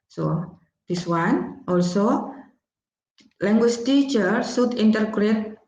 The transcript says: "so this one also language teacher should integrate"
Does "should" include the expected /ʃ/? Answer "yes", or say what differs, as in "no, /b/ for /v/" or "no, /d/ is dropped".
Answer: no, /s/ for /ʃ/